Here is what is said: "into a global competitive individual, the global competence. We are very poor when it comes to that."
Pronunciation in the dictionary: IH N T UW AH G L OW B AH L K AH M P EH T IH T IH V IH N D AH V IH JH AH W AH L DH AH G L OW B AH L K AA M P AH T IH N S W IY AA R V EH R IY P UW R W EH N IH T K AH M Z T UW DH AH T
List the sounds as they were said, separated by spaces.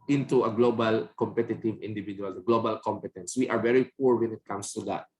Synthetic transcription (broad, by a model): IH N T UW AH G L OW B AH L K AH M P EH T IH T IH V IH N D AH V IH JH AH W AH L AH G L OW B AH L K AA M P AH T IH N S W IY AA R V EH R IY P UW R W EH N IH T K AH M S T UW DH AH T